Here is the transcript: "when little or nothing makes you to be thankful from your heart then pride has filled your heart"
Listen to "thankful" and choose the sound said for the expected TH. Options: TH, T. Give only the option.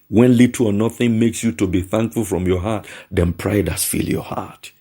TH